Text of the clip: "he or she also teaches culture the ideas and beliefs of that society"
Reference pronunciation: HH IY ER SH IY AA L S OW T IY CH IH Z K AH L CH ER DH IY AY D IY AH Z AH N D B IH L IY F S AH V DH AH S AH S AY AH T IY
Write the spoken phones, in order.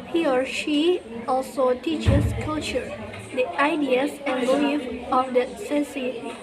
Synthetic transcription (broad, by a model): HH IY ER SH IY AA L S OW T IY CH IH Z K AH L CH ER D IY AY D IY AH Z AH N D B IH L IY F AH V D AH S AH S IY